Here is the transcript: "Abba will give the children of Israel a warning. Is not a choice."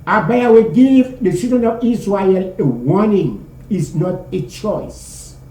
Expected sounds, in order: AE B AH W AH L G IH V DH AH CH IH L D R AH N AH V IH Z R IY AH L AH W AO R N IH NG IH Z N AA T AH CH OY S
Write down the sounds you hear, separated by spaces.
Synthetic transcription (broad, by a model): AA B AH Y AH W G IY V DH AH S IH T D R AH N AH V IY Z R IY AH L AH W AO N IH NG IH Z N AA T AH CH OY S